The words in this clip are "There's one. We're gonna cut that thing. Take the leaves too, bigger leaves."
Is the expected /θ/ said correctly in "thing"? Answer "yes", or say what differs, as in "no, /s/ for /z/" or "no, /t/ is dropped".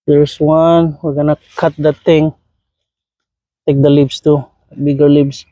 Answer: no, /t/ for /θ/